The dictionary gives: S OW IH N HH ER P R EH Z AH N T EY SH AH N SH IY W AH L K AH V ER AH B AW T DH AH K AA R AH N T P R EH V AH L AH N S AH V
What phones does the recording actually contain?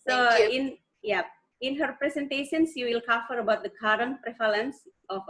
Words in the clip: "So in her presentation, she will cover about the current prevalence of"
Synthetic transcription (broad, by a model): S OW IH N HH ER P R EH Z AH N T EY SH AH N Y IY W AH L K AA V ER AH B AW T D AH K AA R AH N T P R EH F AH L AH N S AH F